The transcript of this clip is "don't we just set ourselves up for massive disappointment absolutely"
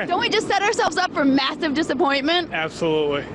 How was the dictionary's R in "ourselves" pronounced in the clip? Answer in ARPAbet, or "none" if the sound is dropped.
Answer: R